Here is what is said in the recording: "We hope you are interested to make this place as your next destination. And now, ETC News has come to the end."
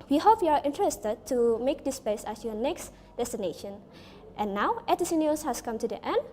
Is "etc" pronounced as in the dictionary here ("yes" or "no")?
no